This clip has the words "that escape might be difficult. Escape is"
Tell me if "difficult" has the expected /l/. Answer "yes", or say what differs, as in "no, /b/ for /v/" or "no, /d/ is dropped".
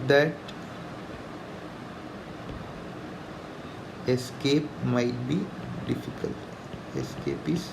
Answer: yes